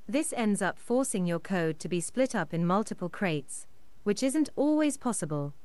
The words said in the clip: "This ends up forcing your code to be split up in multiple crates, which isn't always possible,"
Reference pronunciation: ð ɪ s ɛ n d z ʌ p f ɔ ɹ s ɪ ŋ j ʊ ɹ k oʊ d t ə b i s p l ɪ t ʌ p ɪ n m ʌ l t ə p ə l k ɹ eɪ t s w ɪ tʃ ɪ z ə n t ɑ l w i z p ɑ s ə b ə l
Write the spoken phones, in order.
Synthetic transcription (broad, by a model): ð ɪ s ɛ n d z ʌ p f ɔ ɹ s ɪ ŋ j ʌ ɹ k oʊ d t ə b i s p l ɪ t ʌ p ɪ n m ʌ l t ə p ə l k ɹ eɪ t s w ɪ tʃ ɪ z ə n t ɑ l w i z p ɑ s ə b ə l